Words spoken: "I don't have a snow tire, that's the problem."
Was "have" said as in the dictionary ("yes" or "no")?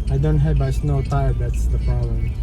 no